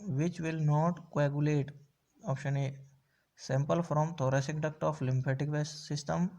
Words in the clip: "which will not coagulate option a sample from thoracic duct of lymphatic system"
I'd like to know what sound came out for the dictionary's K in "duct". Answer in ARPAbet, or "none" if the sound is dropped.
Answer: K